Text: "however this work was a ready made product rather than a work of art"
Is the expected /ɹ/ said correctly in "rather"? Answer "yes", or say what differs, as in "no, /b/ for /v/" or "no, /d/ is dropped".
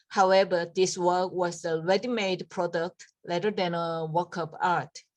no, /l/ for /ɹ/